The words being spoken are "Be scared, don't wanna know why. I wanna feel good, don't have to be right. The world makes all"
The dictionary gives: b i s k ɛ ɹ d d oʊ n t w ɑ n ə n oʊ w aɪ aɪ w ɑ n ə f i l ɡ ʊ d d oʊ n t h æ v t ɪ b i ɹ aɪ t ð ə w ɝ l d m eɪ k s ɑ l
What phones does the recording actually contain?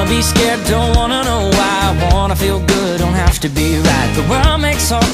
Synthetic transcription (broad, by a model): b i s k ɛ ɹ d d oʊ n t w ɑ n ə n oʊ w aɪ aɪ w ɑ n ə f i l ɡ ʊ d d oʊ n t h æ f t ɪ b i ɹ aɪ t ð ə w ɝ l m eɪ k s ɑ